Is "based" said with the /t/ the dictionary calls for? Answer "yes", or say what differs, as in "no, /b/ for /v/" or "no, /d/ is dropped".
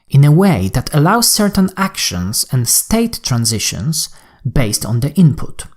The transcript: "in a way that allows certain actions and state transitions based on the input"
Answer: yes